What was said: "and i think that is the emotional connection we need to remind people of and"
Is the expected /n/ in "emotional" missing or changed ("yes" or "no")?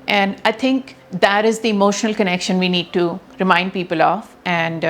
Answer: no